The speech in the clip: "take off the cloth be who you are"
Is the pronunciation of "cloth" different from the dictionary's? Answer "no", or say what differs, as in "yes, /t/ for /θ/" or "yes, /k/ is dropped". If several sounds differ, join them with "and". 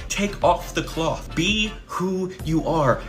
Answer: no